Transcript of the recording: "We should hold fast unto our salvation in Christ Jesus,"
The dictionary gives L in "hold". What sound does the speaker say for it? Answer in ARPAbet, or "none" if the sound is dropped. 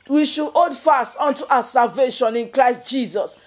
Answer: none